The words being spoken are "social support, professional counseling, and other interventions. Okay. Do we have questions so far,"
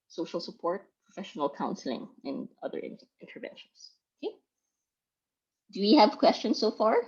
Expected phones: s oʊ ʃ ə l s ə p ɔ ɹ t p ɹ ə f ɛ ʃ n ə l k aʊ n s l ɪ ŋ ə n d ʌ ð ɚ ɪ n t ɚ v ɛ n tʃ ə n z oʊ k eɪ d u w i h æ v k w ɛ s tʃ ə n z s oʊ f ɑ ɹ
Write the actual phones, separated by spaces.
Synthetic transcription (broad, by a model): s oʊ ʃ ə l s ə p ɔ ɹ t p ɹ ə f ɛ ʃ n ə l k aʊ n s l ɪ ŋ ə n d ʌ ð ɚ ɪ n t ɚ v ɛ n ʃ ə n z oʊ k eɪ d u w i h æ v k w ɛ s tʃ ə n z s oʊ f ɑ ɹ